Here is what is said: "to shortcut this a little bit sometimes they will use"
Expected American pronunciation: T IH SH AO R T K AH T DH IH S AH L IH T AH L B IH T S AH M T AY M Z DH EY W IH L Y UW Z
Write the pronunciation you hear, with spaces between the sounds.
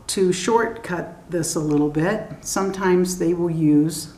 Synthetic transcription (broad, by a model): T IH SH AO R T K AH T DH IH S AH L IH T L B IH T S AH M T AY M Z DH EY W IH L Y UW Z